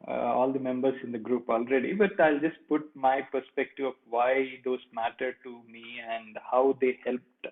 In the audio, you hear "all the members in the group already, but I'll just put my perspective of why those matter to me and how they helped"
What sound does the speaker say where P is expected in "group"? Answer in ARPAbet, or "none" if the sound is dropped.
P